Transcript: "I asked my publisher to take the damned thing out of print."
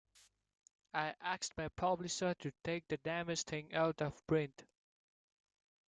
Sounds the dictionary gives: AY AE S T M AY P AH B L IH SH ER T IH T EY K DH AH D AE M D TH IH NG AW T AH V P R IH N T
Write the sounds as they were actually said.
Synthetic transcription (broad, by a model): AY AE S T M AY P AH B L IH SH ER T IH T EY K DH AH D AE M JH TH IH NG AW T AH V B R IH N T